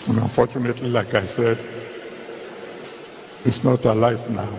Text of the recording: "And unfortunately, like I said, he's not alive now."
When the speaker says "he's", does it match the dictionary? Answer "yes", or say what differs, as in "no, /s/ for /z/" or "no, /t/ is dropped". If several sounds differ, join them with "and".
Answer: no, /s/ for /z/